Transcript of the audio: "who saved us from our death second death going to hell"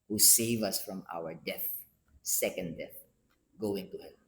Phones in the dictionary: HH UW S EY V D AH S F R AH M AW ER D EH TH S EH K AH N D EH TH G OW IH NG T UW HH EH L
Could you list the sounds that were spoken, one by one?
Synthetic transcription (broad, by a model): HH UW S EY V AH S F R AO M AW ER D EH TH S EH K AH N D EH TH G OW IH NG T UW HH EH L